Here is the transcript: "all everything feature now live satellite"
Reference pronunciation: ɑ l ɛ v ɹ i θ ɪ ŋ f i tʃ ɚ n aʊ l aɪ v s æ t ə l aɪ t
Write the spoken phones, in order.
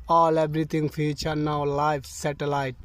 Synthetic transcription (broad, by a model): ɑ l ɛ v ɹ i t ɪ ŋ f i tʃ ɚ n aʊ l aɪ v s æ t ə l aɪ t